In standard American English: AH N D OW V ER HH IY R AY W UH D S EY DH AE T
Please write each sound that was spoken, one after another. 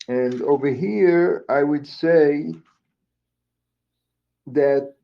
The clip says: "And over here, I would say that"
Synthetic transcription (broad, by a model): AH N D OW V ER HH IY R AY W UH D S EY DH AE T